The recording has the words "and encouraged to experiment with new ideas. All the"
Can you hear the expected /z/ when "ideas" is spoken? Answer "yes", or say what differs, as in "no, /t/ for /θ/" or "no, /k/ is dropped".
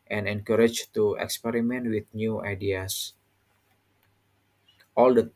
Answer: no, /s/ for /z/